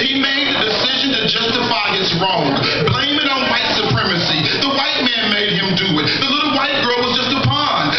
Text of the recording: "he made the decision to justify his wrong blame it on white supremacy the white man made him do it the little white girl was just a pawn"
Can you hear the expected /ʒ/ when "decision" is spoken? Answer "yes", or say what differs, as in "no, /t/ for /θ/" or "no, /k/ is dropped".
yes